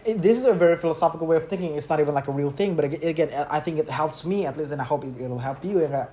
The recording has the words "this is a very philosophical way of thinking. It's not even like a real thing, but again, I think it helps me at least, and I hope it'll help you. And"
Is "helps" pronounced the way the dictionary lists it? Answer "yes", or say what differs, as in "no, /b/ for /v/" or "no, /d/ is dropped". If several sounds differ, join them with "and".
yes